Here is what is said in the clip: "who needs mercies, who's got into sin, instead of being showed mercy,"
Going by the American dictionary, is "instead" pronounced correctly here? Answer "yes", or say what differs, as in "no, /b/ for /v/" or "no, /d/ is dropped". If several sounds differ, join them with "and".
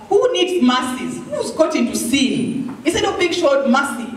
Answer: no, /n/ is dropped